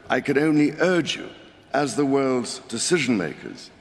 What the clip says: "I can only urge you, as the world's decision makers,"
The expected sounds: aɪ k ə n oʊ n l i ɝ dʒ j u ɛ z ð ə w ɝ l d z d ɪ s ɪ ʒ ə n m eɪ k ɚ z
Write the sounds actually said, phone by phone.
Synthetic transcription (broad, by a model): aɪ k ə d oʊ n l i ɝ dʒ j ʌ z ð ə w ɝ l d z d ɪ s ɪ ʒ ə n m eɪ k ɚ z